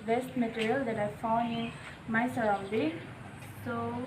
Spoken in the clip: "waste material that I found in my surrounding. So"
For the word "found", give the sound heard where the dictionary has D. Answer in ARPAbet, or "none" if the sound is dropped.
none